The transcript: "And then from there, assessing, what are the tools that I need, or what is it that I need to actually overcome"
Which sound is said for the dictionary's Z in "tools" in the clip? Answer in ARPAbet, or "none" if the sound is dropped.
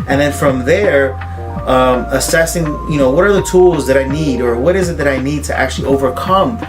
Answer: Z